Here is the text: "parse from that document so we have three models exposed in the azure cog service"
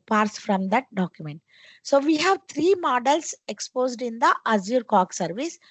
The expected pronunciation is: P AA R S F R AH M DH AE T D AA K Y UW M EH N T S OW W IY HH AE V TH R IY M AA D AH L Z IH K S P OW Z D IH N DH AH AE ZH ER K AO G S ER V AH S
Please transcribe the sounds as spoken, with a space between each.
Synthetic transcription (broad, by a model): P AA R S F R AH M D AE T D AA K Y UW M EH N T S OW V IY HH AE V T R IY M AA D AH L S IH K S P OW Z D IH N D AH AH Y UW K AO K S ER V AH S